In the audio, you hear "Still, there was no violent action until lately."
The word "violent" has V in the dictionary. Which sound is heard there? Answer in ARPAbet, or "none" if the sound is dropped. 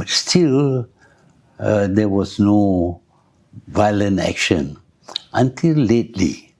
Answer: V